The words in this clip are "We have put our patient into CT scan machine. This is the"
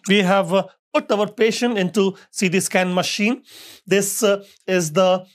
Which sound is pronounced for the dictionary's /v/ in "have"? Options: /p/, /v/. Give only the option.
/v/